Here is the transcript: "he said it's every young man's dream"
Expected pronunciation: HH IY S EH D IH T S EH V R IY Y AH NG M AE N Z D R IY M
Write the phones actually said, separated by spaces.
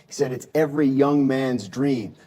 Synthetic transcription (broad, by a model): HH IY S EH D IH T S EH V R IY Y AH NG M AE N Z D R IY M